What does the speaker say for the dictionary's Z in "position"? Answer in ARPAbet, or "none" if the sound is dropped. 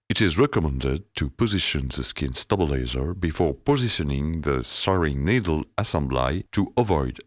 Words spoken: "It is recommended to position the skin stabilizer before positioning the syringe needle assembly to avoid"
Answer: Z